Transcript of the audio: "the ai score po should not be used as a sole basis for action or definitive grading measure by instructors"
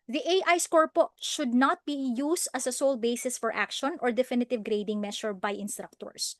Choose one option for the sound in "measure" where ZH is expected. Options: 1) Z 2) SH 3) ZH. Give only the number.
2